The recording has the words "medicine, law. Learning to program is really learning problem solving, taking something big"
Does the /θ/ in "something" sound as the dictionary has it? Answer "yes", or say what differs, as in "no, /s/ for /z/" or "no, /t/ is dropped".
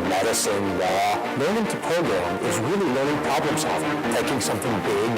yes